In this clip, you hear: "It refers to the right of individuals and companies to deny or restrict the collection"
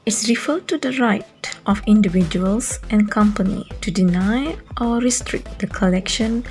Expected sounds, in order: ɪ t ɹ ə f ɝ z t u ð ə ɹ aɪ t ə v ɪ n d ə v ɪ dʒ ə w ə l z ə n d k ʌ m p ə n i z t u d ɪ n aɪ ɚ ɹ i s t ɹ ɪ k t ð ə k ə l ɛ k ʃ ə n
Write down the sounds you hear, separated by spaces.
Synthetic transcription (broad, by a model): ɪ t ɹ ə f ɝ t u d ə ɹ aɪ t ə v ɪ n d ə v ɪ dʒ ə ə l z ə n k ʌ m p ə n i t u d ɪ n aɪ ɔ ɹ i s t ɹ ɪ k t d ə k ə l ɛ k ʃ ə n